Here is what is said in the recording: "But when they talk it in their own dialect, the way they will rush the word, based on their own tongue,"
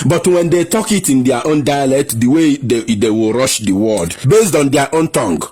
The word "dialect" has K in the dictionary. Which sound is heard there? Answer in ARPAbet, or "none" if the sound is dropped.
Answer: K